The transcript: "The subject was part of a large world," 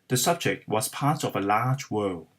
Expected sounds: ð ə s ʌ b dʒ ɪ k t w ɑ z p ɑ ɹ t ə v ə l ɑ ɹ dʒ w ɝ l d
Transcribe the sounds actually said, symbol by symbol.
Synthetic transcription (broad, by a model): ð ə s ʌ b dʒ ɪ k t w ɑ z p ɑ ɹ t ə v ə l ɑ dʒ w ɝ l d